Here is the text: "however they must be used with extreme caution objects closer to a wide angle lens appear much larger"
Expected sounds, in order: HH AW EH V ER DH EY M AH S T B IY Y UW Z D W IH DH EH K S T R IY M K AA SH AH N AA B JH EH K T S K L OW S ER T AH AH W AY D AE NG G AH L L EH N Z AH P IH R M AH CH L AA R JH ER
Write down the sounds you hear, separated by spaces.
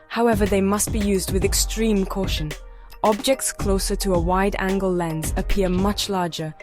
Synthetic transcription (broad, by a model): HH AW EH V ER DH EY M AH S T B IY Y UW Z D W IH DH EH K S T R IY M K AA SH AH N AA B JH EH K T S K L OW S ER T AH AH W AY D AE NG G AH L L EH N Z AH P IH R M AH CH L AA R JH ER